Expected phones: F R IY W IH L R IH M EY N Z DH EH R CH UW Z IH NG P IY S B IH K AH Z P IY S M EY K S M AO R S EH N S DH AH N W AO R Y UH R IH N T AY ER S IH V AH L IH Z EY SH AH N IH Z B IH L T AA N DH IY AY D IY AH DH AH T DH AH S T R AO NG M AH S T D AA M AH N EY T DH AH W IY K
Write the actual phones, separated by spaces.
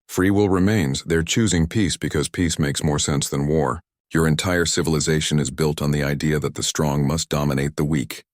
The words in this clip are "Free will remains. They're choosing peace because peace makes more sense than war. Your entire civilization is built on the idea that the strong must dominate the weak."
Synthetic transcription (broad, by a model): F R IY W IH L R IH M EY N Z DH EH R CH UW Z IH NG P IY S B IH K AH Z P IY S M EY K S M AO R S EH N S DH AH N W AO R Y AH R IH N T AY ER S IH V AH L IH Z EY SH AH N IH Z B IH L T N DH IY AY D IY AH DH AH T DH AH S T R AO NG M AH S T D AA M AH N EY T DH AH W IY K